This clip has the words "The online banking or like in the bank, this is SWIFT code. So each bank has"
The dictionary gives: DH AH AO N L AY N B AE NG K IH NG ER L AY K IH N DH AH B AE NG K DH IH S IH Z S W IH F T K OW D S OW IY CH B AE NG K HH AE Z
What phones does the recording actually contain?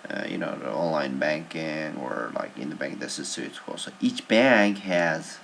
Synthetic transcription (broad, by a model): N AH AO N L AY N B AE NG K IH NG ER L AY K IH N DH AH B AE NG K DH IH S IH Z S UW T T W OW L S OW IY CH B AE NG K HH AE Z